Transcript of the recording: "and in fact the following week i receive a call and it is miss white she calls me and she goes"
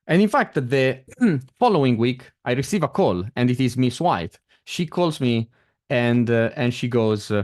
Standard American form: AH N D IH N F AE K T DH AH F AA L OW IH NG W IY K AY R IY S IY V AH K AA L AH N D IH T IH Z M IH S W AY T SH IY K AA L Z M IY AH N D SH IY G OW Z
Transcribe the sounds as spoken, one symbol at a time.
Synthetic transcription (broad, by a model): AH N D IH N F AE K T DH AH F AA L OW IH NG W IY K AY R IY S IY V AH K AA L AH N D IH T IH Z M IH S W AY T SH IY K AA L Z M IY AH N D SH IY G OW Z